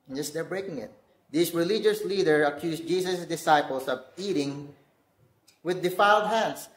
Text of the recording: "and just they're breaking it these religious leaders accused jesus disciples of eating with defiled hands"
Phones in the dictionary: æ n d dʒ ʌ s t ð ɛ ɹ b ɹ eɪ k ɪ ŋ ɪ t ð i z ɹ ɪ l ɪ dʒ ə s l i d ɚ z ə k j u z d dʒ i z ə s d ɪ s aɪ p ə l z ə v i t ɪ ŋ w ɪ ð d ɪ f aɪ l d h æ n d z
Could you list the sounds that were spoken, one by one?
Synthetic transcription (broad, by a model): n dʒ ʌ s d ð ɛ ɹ b ɹ eɪ k ɪ ŋ ɪ t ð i s ɹ ɪ l ɪ dʒ ə s l i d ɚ ə k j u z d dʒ i s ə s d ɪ s aɪ p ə l s ə v i t ɪ ŋ w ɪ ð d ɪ f aɪ l d h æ n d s